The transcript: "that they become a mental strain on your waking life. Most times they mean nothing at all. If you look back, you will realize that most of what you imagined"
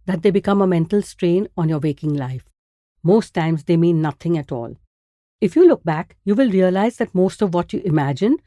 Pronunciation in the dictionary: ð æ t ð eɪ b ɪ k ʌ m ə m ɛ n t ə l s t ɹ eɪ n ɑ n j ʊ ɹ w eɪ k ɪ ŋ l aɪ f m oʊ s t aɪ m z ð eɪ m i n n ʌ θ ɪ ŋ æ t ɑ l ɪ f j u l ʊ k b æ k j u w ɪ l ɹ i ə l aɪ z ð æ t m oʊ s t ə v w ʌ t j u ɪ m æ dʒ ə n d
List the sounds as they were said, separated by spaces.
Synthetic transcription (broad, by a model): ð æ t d eɪ b ɪ k ʌ m ə m ɛ n t ə l s t ɹ eɪ n ɑ n j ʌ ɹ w eɪ k ɪ ŋ l aɪ f m oʊ s t aɪ m z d eɪ m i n n ʌ t ɪ ŋ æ t ɑ l ɪ f j u l ʊ k b æ k j u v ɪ l ɹ i ə l aɪ z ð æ t m oʊ s t ə v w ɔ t j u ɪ m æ dʒ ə n